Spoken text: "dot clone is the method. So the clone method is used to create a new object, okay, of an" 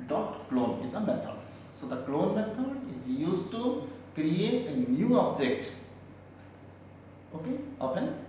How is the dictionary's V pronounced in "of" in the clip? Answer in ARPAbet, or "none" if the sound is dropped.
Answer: P